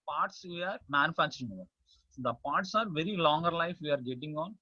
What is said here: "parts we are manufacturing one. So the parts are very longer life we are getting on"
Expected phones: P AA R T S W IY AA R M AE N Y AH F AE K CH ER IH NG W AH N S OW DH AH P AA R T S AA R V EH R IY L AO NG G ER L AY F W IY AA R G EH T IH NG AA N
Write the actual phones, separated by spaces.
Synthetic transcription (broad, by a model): P AA R T S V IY AA R M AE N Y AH F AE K CH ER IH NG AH S OW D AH P AA R T S AA R V EH R IY L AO NG G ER L AY F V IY AA R G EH T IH NG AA N